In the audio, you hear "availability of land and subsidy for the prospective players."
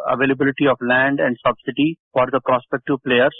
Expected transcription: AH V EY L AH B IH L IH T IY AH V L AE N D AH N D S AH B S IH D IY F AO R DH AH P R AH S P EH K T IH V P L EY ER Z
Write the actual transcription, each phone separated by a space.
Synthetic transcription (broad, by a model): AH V EY L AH B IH L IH T IY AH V L AE N D AH N D S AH B S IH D IY F AO R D AH P R AH S P EH K T IH V P L EY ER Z